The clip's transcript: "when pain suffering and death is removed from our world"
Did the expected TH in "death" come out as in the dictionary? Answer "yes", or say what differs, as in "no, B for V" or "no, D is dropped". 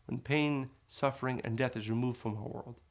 yes